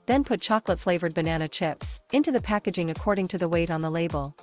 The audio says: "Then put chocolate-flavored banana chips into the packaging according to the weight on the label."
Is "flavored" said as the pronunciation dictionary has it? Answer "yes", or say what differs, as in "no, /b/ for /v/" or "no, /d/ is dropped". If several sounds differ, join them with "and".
yes